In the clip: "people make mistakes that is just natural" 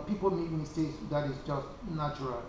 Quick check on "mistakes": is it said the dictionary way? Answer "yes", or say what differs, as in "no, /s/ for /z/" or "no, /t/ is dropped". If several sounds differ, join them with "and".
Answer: no, /k/ is dropped